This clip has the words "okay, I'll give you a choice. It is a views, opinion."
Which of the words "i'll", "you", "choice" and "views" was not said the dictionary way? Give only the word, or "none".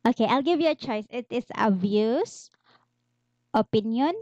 views